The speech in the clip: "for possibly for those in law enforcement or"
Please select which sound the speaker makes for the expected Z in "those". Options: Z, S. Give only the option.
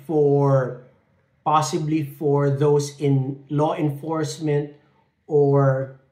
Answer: S